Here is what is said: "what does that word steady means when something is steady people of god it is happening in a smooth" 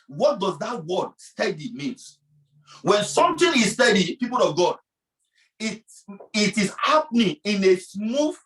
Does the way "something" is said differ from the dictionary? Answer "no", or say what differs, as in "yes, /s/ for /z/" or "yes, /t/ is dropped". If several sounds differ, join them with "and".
yes, /t/ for /θ/